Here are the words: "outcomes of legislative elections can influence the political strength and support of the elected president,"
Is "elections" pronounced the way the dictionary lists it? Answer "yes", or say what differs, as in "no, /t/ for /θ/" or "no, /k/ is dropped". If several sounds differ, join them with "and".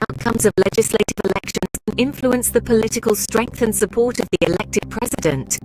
yes